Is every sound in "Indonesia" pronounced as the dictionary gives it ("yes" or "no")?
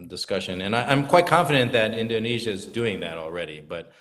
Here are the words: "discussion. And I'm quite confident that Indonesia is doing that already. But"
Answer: yes